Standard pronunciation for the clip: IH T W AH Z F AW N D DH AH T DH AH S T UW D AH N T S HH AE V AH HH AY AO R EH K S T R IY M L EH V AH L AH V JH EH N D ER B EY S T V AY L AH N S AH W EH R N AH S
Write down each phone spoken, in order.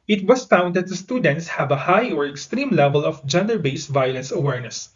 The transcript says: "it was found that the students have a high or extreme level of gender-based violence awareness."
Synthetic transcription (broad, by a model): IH T W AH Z F AW N D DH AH T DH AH S T UW D AH N T S HH AE V AH HH AY AO R EH K S T R IY M L EH V AH L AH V JH EH N D ER B EY S V AY L AH N S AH W EH R N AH S